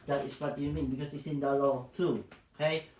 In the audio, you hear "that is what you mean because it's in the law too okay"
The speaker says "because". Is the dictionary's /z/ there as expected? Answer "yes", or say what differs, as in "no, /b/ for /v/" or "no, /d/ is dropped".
no, /s/ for /z/